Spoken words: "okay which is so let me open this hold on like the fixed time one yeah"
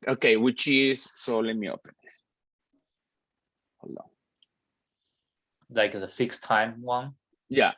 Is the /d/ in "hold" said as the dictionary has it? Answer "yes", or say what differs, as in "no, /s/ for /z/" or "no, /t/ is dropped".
no, /d/ is dropped